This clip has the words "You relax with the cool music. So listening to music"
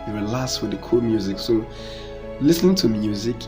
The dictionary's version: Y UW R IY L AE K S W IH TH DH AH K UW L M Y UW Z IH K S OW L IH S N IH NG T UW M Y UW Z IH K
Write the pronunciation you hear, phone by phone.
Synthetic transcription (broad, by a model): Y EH W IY L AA S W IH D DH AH K UW L M Y UW Z IH K S OW L IH S N IH NG T UW M Y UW Z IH K